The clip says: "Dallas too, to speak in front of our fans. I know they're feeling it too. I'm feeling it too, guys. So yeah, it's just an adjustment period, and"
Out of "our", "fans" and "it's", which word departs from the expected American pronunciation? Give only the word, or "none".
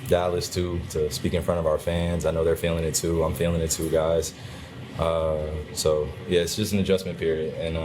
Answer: none